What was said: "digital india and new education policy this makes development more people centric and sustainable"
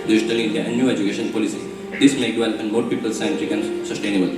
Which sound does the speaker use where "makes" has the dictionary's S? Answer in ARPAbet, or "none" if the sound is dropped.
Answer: none